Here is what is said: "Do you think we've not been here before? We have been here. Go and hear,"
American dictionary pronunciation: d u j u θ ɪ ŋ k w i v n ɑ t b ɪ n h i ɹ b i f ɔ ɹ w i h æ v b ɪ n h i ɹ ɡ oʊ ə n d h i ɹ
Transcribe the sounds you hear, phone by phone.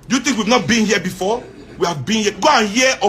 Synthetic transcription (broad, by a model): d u j u t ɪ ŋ k w i v n ɑ t b ɪ n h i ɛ b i f ɔ w i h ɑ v b ɪ n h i ɡ oʊ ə n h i